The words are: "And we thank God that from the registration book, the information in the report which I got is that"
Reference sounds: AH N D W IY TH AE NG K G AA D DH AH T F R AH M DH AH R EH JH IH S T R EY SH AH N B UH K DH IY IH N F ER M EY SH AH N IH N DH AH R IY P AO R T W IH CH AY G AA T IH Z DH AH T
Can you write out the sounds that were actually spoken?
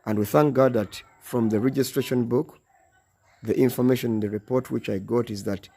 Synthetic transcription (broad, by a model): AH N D W IY TH AE NG K G AA D DH AH T F R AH M DH AH R EH JH IH S T R EY SH AH N B UH K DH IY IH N F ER M EY SH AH N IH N DH AH R IY P AO R T W IH CH AY G AA T IH Z DH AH T